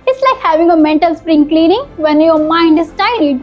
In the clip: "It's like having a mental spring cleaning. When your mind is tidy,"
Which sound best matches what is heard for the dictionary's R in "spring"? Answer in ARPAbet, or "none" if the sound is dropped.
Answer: R